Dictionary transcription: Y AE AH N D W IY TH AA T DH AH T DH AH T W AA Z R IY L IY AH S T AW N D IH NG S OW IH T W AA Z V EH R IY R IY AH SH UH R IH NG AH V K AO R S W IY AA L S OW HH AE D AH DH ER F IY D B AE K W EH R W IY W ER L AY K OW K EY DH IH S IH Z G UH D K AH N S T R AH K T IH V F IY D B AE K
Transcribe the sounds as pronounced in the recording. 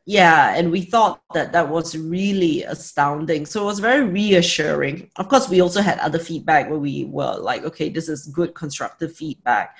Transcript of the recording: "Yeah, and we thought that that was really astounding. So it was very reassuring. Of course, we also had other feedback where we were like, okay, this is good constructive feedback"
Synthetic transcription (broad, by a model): Y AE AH N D W IY TH AA T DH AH T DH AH T W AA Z R IY L IY AH S T AW N D IH NG S OW IH T W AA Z V EH R IY R IY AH SH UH R IH NG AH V K AO S W IY AA L S OW HH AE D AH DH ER F IY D B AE K W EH W IY W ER L AY K OW K EY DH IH S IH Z G UH D K AH N S T R AH K T IH V F IY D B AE K